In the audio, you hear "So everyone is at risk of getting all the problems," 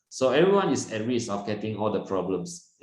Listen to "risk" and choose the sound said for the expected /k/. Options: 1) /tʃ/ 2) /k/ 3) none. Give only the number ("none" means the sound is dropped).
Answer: 3